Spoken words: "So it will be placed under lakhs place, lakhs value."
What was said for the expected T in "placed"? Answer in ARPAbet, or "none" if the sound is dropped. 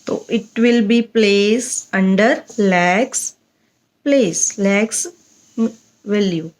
none